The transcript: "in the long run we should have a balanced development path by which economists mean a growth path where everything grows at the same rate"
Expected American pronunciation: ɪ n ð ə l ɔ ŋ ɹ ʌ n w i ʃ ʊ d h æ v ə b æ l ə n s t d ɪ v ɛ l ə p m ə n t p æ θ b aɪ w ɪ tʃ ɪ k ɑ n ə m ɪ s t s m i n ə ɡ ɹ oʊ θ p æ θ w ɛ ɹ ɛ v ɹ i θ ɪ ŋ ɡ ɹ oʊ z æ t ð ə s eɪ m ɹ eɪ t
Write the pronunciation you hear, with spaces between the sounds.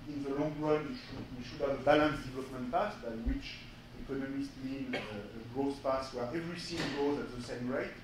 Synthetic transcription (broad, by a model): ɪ n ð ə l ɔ ŋ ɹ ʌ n w i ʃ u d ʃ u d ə b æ l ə n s d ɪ v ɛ l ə p m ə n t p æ s b aɪ w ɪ tʃ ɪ k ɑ n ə m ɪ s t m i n ə ɡ ɹ oʊ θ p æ s w ɛ ɹ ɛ v ɹ i s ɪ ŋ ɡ oʊ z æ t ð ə s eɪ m ɹ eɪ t